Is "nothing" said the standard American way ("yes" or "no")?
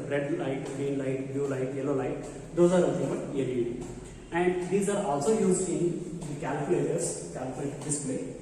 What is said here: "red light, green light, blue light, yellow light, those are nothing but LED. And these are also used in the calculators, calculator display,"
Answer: no